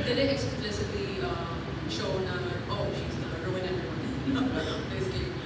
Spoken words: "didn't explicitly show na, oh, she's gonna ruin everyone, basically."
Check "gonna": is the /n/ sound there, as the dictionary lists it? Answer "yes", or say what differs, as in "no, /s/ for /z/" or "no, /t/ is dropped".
no, /n/ is dropped